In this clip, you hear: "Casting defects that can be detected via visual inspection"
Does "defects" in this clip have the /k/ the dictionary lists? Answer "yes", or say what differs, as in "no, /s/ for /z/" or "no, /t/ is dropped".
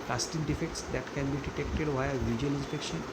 yes